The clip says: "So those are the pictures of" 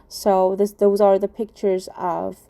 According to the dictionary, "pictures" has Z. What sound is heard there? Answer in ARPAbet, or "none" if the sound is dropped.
Z